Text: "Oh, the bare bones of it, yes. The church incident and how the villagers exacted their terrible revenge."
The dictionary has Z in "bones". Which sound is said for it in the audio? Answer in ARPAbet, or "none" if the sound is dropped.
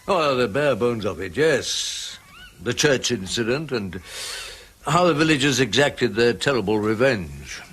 Z